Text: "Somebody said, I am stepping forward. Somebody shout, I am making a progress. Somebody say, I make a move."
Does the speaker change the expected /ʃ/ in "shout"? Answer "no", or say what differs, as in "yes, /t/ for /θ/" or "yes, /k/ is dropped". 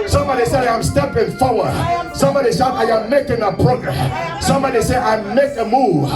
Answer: yes, /s/ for /ʃ/